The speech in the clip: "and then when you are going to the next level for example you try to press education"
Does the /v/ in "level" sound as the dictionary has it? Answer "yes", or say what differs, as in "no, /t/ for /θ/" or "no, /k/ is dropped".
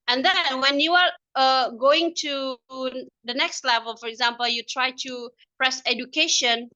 yes